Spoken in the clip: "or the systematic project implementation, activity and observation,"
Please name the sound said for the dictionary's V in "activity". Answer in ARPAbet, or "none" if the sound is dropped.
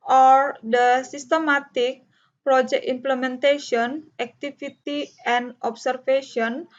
F